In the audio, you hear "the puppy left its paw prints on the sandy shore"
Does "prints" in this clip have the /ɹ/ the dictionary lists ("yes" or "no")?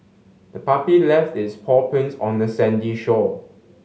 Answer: no